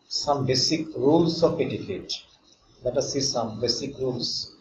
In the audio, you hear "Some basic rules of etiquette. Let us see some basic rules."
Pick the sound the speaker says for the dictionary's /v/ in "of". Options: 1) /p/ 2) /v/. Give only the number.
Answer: 1